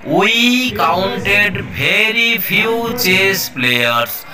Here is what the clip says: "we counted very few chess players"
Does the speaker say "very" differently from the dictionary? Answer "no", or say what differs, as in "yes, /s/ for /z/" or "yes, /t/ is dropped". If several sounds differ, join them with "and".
yes, /b/ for /v/